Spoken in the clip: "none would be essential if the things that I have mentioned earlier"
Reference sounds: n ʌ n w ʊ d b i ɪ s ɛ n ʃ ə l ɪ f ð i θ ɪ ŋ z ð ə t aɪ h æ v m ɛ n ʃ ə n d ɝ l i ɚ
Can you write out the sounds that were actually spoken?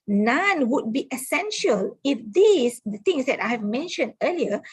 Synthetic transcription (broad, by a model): n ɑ n w ʊ d b i ɪ s ɛ n ʃ ə l ɪ f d i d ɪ ŋ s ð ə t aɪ h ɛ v m ɛ n ʃ ə n d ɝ l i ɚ